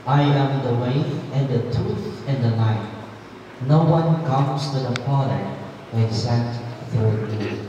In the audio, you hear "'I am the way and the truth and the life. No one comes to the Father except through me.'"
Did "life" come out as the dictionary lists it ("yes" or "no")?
no